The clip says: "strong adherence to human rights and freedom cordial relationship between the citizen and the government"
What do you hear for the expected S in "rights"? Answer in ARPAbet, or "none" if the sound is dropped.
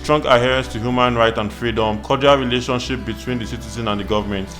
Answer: none